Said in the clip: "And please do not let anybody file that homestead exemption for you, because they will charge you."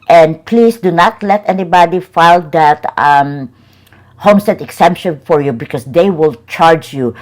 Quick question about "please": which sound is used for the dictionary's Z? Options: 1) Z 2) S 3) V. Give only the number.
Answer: 2